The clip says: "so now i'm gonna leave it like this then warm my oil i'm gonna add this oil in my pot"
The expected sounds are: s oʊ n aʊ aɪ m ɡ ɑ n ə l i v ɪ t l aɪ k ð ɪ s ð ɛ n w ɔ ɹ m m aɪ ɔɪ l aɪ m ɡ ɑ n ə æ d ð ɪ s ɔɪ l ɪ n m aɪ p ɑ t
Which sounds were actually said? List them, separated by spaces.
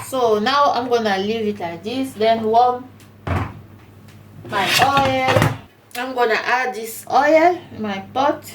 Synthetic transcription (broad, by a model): s oʊ n aʊ aɪ m ɡ ɑ n ə l i v ɪ t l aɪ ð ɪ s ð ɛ n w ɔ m m aɪ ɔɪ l aɪ m ɡ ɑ n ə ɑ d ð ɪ s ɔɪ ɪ l m aɪ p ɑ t